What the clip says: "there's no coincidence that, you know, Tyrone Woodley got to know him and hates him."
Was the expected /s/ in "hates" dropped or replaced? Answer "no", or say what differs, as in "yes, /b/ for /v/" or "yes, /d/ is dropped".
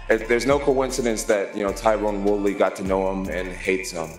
no